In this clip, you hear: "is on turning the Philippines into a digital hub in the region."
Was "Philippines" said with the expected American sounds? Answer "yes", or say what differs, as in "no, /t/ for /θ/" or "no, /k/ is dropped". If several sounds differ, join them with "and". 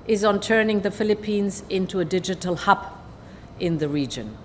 yes